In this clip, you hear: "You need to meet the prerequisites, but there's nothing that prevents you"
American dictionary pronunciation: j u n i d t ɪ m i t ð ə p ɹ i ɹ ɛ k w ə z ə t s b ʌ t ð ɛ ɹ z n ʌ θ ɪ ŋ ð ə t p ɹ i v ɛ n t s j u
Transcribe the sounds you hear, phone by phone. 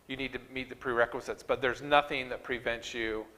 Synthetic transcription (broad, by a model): j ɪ n i d t ɪ m i t ð ə p ɹ i ɹ ɛ k w ə z ə t s b ʌ t ð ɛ ɹ z n ʌ θ ɪ ŋ ð ə t p ɹ i v ɛ n t s j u